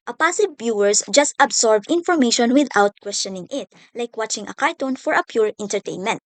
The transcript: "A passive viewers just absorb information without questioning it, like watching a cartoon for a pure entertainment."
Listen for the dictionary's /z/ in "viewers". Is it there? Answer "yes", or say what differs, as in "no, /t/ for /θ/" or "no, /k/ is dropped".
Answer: no, /s/ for /z/